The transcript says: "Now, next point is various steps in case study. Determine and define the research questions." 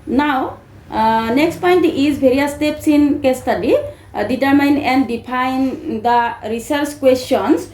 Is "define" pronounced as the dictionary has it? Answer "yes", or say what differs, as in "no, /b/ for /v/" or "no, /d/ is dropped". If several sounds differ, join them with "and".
no, /p/ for /f/